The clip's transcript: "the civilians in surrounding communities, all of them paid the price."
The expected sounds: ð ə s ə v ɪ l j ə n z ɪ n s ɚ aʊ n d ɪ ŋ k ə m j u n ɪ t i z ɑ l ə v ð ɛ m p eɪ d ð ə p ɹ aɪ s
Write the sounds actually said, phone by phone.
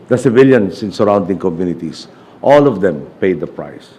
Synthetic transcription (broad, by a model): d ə s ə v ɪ l j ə n s ɪ n s ɚ aʊ n d ɪ ŋ k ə m j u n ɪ t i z ɑ l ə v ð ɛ m p eɪ d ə p ɹ aɪ s